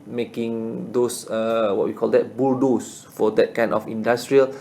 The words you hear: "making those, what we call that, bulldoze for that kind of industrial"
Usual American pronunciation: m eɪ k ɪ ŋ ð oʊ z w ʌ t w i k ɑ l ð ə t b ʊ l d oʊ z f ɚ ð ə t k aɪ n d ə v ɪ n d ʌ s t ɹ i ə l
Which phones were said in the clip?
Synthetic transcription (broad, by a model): m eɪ k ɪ ŋ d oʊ s w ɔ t w i k ɑ l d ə t b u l d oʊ s f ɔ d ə t k aɪ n ə f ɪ n d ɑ s t ɹ i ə l